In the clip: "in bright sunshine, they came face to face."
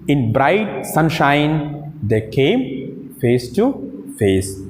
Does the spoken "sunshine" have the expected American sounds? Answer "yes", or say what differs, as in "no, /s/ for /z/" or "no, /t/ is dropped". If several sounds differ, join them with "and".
yes